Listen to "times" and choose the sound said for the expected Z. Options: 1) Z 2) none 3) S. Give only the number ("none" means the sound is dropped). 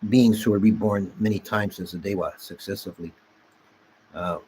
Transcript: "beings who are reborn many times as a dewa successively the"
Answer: 1